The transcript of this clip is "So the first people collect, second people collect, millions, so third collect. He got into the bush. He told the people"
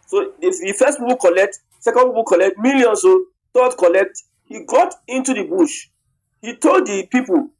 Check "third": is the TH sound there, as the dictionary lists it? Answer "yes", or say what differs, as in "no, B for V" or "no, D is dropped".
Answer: no, T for TH